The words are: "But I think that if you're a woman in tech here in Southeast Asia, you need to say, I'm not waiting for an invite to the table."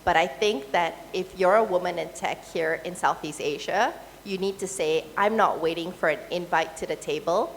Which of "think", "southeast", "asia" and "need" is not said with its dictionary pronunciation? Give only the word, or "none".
none